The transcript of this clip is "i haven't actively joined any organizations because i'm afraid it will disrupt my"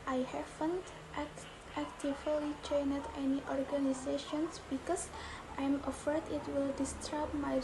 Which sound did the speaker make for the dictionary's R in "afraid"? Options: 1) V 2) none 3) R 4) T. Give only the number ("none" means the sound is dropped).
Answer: 2